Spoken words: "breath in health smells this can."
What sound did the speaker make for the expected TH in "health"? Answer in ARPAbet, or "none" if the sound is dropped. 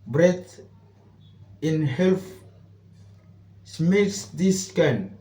F